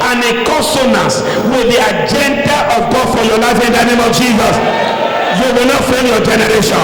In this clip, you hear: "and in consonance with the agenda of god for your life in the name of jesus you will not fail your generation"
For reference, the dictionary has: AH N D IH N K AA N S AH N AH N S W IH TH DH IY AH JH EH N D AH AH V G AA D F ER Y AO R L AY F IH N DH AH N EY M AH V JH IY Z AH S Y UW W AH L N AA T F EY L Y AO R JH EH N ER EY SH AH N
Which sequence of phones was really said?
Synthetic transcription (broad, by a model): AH N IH K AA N S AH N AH S W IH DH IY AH JH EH N D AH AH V G AA D F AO Y AO L AY F IH N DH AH N EY M AH V JH IY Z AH S Y UW W AH L N AA T F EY N Y AO JH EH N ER EY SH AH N